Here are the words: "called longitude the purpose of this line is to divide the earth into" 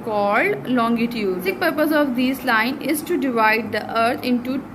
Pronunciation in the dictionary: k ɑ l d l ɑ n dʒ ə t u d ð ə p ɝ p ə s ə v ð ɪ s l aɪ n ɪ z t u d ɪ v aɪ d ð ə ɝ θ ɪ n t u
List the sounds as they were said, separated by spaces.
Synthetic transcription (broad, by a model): k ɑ l d l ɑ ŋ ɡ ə t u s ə p ɝ p ə s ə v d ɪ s l aɪ n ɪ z t u d ɪ v aɪ d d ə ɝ t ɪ n t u